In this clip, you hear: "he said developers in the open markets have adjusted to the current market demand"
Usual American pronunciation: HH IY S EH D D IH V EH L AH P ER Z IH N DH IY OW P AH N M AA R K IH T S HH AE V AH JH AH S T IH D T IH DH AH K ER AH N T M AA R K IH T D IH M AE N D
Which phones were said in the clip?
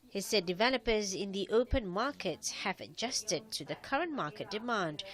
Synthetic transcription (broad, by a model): HH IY S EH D D IH V EH L AH P ER Z IH N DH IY OW P AH N M AA R K IH T S HH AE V AH JH AH S T IH D T IH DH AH K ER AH N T M AA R K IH T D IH M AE N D